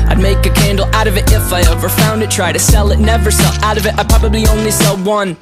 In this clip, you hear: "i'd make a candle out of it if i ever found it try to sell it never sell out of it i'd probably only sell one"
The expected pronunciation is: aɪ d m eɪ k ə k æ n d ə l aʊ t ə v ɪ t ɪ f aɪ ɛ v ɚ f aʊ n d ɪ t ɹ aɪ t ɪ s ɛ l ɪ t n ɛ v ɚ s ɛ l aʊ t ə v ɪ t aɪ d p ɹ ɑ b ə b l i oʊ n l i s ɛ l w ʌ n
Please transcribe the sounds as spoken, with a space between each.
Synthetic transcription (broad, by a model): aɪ d m eɪ k ə k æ n d l aʊ t ə v ɪ t ɪ f aɪ ɛ v ɚ f aʊ n d ɪ t ɹ aɪ t ɪ s ɛ l ɪ t n ɛ v ɚ s ɛ l aʊ t ə v ɪ t aɪ p ɹ ɑ b ə b l i oʊ n l i s ɛ l w ʌ n